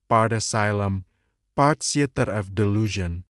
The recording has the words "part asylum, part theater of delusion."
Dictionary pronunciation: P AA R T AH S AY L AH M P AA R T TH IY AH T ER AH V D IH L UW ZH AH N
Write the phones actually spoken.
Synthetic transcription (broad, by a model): P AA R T AH S AY L AH M P AA R T S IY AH T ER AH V D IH L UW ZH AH N